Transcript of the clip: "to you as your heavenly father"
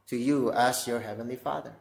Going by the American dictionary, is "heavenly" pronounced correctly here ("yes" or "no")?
yes